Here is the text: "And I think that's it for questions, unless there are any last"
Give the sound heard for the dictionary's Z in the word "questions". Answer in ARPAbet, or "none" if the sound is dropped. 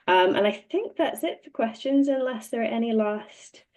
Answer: Z